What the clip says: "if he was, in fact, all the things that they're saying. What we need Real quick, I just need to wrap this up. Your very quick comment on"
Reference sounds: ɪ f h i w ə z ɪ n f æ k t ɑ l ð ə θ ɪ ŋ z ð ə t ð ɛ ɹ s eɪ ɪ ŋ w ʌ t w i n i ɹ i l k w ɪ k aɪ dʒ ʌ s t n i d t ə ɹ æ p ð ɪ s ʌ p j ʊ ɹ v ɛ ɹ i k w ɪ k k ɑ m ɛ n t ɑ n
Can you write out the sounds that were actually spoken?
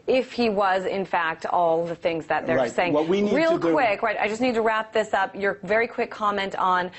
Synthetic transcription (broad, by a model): ɪ f h i w ə z ɪ n f æ k t ɑ l ð ə θ ɪ ŋ z ð ə t ð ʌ ɹ s eɪ ɪ ŋ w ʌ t w i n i ɹ i l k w ɪ k aɪ dʒ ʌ s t n i d t ə ɹ æ p ð ɪ s ʌ p j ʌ ɹ v ɛ ɹ i k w ɪ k k ɑ m ɛ n t n